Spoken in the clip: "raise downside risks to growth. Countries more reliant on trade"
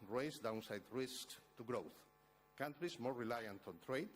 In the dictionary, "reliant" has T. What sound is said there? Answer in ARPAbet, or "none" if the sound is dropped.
T